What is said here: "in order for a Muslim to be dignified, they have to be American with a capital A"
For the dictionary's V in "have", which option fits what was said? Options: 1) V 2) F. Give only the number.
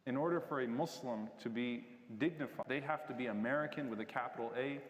2